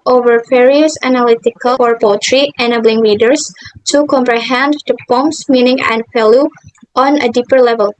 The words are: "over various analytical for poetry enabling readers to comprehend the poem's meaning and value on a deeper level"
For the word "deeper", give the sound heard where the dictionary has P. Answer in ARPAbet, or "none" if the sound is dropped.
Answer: P